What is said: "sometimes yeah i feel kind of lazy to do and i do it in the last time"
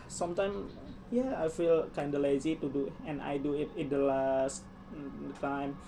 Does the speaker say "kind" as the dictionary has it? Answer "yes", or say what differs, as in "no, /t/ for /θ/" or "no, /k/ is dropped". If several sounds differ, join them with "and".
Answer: yes